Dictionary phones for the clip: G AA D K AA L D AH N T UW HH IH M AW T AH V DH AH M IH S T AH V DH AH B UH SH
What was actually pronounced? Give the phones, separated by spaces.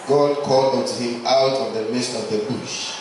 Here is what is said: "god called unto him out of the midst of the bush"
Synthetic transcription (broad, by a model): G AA D K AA L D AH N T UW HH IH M AW T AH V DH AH M IH S T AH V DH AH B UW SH